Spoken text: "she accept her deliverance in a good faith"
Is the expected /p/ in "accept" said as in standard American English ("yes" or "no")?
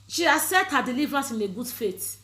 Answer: no